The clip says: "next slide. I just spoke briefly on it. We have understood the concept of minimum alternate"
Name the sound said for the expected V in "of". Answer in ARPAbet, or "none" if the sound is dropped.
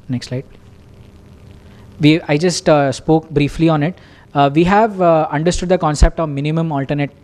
V